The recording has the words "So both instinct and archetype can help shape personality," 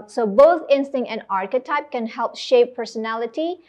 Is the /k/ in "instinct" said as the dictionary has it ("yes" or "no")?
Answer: no